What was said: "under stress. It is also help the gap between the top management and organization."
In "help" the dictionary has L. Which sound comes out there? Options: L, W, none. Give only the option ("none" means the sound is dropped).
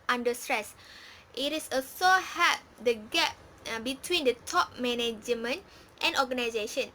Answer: none